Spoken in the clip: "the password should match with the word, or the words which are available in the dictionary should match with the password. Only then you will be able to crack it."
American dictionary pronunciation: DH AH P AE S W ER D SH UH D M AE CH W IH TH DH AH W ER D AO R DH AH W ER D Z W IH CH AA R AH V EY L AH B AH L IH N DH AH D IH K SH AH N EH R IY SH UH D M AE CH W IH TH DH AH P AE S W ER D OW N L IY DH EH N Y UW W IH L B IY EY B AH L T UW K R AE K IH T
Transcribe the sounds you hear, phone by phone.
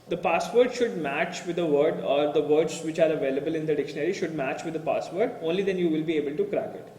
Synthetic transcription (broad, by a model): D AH P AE S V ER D SH UH D M AE CH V IH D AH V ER D AO R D AH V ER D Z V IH CH AA R AH V EY L AH B AH L IH N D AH D IH K SH AH N EH R IY SH UH D M AE CH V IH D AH P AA S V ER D OW N L IY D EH N Y UW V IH L B IY EY B AH L T UW K R AE K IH T